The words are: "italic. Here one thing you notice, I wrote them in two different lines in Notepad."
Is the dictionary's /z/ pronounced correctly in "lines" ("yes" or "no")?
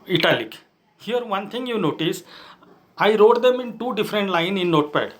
no